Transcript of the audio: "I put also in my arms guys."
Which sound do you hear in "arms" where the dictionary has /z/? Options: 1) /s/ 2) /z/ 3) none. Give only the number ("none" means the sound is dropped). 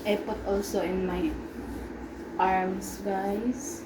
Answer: 1